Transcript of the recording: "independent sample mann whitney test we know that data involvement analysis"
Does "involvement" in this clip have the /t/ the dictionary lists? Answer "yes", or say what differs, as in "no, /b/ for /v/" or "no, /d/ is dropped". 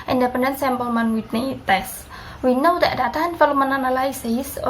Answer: no, /t/ is dropped